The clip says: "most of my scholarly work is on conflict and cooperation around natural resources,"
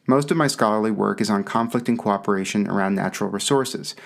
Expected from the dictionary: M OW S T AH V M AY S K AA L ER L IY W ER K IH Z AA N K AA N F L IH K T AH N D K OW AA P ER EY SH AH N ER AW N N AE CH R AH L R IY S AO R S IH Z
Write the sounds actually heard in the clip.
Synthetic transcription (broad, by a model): M OW S T AH V M AY S K AA L ER L IY W ER K IH Z N K AA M F L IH K T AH N K OW AA P ER EY SH AH N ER AW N N AE CH R L R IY S AO R S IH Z